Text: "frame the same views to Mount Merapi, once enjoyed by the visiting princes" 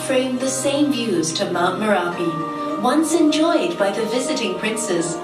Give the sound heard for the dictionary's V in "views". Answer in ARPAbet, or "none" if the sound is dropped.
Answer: V